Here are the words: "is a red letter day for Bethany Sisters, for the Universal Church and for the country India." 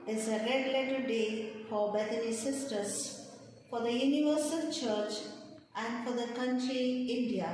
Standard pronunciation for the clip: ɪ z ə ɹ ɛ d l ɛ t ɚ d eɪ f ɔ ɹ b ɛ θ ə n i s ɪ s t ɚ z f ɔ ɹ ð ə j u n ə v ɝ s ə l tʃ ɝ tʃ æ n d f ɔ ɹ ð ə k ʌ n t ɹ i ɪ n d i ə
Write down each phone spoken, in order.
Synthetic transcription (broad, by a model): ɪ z ə ɹ ɛ d l ɛ t ɚ d eɪ f ɔ ɹ b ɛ t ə n i s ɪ s t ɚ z f ɔ ɹ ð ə j u n ə v ɝ s ə l tʃ ɝ tʃ æ n d f ɔ ɹ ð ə k ʌ n t ɹ i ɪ n d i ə